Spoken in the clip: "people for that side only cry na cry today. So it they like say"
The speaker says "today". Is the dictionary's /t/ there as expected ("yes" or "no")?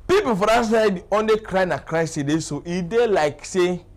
no